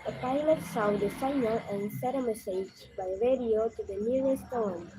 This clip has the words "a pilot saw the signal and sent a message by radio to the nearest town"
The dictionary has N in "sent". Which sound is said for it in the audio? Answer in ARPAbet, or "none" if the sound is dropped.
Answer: none